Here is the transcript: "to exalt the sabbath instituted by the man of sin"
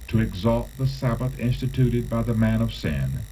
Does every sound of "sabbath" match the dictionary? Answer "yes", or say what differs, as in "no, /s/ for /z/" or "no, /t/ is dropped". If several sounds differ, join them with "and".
yes